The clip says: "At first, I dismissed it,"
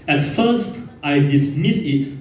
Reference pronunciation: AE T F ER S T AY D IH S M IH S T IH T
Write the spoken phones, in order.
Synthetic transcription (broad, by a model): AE T F ER S T AY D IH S M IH S IH T